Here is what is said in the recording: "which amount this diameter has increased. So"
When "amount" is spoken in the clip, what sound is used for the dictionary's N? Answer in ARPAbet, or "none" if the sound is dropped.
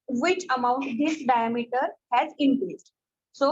N